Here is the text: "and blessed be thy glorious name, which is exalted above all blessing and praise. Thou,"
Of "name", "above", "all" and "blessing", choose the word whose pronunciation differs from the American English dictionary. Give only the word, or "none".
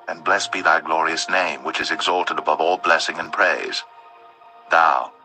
none